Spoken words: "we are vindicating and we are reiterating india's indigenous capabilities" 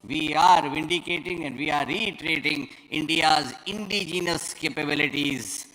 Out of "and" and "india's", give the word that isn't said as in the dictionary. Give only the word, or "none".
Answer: none